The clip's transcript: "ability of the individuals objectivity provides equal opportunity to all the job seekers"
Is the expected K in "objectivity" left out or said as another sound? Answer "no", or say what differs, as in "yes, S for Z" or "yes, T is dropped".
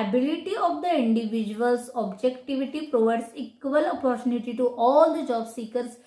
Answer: no